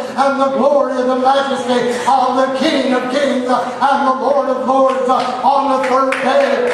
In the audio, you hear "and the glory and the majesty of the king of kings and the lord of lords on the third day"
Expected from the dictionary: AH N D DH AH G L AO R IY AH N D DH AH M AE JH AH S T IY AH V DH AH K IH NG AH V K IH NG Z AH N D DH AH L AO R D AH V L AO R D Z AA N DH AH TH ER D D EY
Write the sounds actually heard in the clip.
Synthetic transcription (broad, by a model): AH N DH AH G L AO R IY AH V DH AH M AE JH AH S T IY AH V DH AH K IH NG AH V K IH NG Z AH N DH AH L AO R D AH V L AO R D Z N DH AH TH ER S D EY